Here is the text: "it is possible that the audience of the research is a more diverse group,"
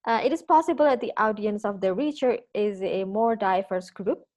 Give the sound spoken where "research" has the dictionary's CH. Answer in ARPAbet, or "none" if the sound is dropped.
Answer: none